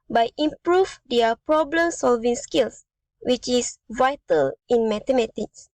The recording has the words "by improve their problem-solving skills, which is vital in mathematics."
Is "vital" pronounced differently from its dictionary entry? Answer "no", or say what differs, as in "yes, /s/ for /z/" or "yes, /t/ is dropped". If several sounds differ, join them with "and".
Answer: no